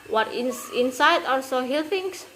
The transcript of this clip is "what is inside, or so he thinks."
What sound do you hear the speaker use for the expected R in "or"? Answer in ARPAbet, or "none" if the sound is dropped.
L